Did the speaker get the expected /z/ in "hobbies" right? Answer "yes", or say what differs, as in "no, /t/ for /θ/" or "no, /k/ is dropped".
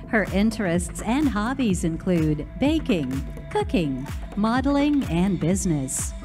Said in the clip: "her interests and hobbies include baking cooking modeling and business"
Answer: yes